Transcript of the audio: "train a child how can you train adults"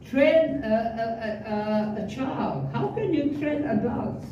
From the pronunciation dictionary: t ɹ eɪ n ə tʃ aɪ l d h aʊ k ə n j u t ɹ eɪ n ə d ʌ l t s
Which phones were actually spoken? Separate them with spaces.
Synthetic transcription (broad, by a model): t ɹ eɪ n ə tʃ aɪ l d h aʊ k ə n j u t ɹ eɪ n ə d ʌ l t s